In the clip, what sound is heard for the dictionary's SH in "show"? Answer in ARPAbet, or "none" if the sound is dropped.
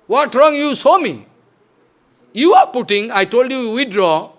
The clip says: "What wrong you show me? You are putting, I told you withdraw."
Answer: S